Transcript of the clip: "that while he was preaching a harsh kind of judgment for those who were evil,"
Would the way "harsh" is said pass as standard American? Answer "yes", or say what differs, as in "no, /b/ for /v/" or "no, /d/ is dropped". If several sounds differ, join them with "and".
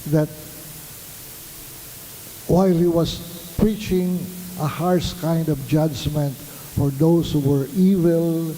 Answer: no, /s/ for /ʃ/